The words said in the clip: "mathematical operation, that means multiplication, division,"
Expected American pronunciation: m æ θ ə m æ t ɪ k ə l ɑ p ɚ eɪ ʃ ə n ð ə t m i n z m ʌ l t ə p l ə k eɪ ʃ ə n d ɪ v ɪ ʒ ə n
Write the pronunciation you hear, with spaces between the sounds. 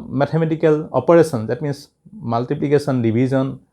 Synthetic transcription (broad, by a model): m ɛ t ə m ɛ t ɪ k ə l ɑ p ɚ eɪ s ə n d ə t m i n s m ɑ l t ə p l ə k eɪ s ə n d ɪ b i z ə n